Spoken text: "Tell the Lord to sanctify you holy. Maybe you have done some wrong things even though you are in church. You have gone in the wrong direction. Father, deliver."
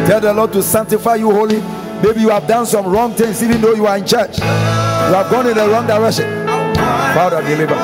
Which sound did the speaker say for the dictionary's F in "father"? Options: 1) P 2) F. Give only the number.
1